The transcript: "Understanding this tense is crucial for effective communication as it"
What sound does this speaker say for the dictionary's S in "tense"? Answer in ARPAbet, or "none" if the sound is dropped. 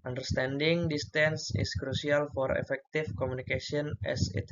S